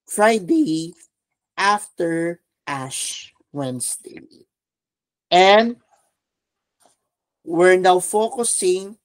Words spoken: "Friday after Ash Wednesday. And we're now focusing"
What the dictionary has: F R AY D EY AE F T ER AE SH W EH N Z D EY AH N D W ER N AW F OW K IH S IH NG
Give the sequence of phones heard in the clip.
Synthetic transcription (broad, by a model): F R AY D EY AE F T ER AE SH W EH N S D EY AH N D W ER N AW F OW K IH S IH NG